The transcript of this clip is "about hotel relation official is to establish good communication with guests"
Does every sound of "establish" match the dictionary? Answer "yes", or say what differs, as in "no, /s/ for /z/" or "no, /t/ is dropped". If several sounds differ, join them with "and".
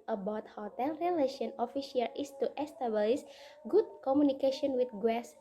no, /s/ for /ʃ/